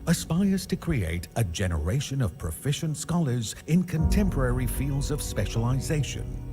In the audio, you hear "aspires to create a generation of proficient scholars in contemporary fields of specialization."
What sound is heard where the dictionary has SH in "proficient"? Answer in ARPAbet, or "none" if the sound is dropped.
SH